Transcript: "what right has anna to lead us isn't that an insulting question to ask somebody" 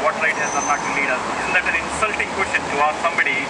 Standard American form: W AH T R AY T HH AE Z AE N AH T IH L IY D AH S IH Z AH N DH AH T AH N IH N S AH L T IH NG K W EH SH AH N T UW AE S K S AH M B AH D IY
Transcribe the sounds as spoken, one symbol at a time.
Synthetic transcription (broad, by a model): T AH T L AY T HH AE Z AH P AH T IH L IY D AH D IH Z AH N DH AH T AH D IH N S AH L T IH NG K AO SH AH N T UW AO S S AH M B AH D IY